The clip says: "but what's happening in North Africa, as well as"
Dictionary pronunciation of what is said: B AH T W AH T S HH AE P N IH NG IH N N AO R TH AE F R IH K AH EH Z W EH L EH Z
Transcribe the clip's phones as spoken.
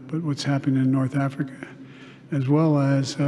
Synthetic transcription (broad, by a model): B AH T W AH T S HH AE P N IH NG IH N N AO R TH AE F R IH K AH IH Z W EH L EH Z